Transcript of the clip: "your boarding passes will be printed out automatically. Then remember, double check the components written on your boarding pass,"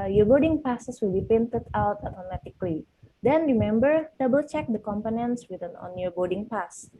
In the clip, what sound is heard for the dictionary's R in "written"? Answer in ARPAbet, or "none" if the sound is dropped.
W